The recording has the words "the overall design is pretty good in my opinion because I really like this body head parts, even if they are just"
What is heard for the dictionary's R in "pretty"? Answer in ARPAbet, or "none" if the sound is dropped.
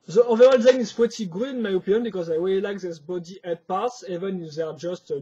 W